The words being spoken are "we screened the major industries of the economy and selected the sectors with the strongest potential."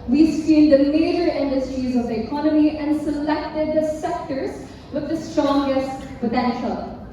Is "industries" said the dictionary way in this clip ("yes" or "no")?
yes